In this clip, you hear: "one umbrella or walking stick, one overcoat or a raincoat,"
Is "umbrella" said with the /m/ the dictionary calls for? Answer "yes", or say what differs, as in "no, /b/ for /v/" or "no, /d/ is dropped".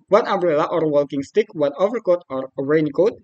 no, /m/ is dropped